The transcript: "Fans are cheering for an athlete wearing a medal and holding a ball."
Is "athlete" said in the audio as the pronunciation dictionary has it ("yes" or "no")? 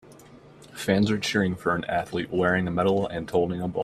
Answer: yes